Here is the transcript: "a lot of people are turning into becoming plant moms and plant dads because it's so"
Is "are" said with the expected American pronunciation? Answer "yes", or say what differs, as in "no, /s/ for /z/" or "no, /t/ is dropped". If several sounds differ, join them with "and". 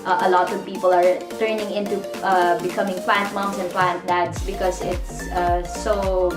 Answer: yes